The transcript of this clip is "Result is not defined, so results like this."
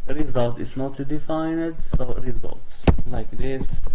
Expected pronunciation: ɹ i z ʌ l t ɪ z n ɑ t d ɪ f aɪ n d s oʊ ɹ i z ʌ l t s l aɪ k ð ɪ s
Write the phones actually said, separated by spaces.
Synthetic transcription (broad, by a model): ɹ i z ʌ l t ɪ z n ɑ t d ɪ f aɪ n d s oʊ ɹ i z ʌ l t s l aɪ k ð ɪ s